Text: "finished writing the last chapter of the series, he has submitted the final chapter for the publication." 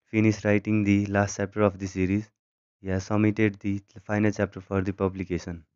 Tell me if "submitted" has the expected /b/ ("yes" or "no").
no